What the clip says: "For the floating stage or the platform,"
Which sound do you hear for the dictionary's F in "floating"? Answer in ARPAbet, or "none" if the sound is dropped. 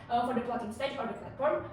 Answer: P